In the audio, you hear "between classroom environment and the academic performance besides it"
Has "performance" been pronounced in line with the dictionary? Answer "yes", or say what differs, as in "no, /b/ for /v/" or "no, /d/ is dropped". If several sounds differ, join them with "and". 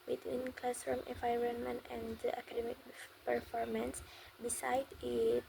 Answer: yes